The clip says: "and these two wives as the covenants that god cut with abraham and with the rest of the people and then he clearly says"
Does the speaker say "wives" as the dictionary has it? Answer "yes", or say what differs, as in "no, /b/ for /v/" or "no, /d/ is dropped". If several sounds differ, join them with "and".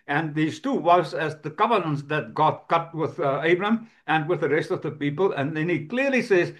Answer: no, /v/ is dropped